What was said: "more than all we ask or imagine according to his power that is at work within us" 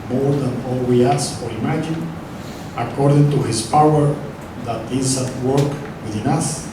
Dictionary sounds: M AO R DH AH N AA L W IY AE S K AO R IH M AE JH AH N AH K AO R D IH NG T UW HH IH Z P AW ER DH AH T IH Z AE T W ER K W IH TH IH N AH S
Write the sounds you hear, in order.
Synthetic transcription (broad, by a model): M AO R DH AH N AA L W IY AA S AO R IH M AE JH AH N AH K AO R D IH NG T UW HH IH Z P AW ER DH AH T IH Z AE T W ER K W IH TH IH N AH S